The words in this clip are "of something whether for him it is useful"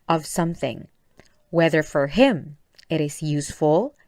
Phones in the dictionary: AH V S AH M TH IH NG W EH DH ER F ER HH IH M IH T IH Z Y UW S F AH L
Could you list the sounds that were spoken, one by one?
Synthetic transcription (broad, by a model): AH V S AH M TH IH NG W EH DH ER F ER HH IH M IH T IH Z Y UW S F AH L